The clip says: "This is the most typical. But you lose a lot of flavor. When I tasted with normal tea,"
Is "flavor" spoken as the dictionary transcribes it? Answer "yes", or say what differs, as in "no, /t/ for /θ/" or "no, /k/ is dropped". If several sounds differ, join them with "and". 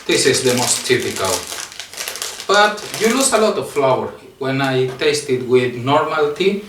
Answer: no, /w/ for /v/